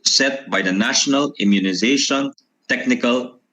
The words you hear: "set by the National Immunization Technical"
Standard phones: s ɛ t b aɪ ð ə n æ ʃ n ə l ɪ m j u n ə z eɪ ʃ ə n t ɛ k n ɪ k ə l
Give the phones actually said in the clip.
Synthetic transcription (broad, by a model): s ɛ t b aɪ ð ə n æ ʃ n ə l ɪ m j u n ə z eɪ ʃ ə n t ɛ k n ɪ k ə l